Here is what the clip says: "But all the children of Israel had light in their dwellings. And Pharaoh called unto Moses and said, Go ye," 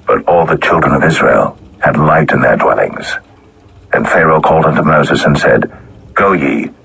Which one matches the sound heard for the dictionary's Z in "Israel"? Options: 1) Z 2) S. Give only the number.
1